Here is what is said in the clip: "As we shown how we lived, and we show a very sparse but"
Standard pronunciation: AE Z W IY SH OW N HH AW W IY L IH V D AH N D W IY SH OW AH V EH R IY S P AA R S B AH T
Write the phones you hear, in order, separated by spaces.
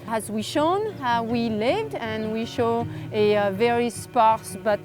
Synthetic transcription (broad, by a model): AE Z W IY SH OW N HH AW W IY L IH V D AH N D W IY SH OW AH V EH R IY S P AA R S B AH T